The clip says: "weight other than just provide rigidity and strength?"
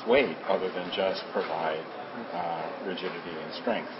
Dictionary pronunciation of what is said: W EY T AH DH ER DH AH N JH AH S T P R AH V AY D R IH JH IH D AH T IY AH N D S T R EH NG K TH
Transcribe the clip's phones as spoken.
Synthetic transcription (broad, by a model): W EY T AH DH ER DH AH N JH AH S P R AH V AY D R IH JH IH D AH T IY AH N S T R EH NG K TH